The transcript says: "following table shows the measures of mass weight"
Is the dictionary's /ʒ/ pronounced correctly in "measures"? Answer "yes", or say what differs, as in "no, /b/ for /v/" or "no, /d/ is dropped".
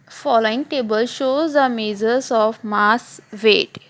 no, /z/ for /ʒ/